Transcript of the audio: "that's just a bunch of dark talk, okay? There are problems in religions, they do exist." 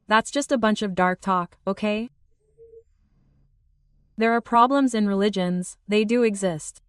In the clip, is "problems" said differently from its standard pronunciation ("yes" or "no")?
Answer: no